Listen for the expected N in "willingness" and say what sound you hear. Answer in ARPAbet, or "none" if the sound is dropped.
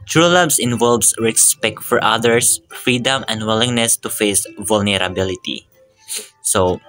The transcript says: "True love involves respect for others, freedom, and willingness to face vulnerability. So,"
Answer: N